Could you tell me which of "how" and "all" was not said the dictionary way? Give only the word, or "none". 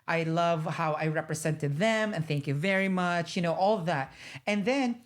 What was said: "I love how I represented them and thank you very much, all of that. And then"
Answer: all